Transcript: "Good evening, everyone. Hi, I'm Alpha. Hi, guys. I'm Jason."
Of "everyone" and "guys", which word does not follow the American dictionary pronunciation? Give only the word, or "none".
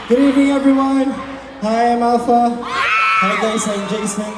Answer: guys